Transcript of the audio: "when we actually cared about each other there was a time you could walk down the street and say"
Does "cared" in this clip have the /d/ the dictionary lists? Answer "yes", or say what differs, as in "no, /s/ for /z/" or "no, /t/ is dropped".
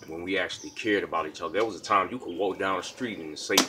yes